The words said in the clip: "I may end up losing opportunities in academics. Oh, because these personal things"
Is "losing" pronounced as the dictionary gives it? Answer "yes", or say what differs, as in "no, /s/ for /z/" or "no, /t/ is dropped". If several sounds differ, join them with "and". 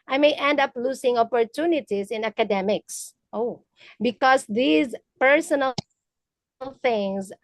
no, /s/ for /z/